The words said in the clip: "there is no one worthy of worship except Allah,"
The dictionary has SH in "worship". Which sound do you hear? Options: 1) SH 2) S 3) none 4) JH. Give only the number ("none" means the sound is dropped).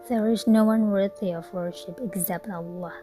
1